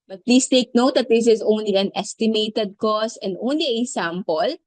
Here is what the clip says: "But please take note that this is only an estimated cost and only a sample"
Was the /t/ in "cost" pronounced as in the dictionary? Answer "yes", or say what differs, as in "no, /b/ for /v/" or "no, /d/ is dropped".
no, /t/ is dropped